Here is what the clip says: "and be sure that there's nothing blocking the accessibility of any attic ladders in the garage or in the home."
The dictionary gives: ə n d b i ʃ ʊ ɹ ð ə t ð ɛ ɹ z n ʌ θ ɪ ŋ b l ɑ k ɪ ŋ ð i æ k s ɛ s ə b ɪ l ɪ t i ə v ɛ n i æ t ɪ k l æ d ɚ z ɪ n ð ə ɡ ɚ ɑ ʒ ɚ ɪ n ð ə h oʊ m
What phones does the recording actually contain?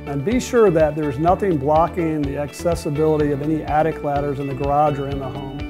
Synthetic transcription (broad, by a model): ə n b i ʃ ʊ ɹ ð ə t ð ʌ ɹ z n ʌ θ ɪ ŋ b l ɑ k ɪ ŋ ð i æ k s ɛ s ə b ɪ l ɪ t i ə v ɛ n i æ t ɪ k l æ d ɚ z ɪ n ð ə ɡ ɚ ɑ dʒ ɚ ɪ n ð ə h oʊ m